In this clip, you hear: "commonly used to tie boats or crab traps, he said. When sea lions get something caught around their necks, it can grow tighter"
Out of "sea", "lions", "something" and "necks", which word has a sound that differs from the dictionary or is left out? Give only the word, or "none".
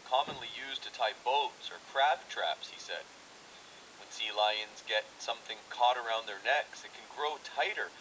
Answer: none